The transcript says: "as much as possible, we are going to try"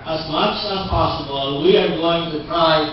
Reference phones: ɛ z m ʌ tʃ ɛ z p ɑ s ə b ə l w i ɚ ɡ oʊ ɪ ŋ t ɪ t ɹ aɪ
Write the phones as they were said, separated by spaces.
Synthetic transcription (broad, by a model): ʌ z m ʌ tʃ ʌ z p ɑ s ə b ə n w i ɚ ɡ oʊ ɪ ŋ t ɪ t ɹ aɪ